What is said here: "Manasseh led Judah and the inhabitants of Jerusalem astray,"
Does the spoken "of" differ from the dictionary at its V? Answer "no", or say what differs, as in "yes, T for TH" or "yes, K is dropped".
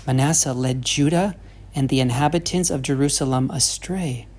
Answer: no